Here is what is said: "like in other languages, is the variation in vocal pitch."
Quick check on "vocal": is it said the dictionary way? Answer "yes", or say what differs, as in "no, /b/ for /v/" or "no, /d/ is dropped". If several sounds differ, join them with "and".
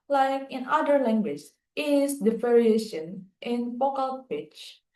no, /p/ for /v/